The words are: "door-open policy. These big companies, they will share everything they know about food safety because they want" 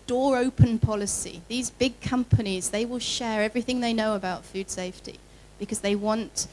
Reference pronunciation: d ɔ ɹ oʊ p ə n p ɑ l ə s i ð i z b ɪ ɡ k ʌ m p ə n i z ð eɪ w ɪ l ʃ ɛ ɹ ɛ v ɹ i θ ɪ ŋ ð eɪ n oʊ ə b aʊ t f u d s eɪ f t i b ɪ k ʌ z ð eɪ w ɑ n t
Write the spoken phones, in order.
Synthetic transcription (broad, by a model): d ɔ ɹ oʊ p ə n p ɑ l ə s i ð i z b ɪ ɡ k ʌ m p ə n i z ð eɪ w ɪ l ʃ ɛ ɹ ɛ v ɹ i θ ɪ ŋ ð eɪ n oʊ ə b aʊ t f u d s eɪ f t i b ɪ k ʌ z ð eɪ w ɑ n t